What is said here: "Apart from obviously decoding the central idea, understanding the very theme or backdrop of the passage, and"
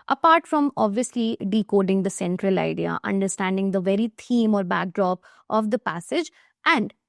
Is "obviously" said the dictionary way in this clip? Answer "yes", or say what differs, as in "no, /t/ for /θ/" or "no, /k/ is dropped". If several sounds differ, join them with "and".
yes